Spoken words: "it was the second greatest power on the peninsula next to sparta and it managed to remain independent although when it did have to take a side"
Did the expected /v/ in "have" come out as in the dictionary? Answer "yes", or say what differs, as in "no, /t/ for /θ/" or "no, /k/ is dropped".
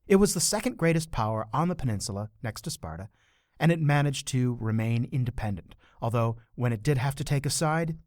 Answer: no, /f/ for /v/